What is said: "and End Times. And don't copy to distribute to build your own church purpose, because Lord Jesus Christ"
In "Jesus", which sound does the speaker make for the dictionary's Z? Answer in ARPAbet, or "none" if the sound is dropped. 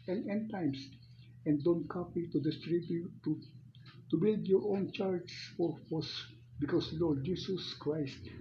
S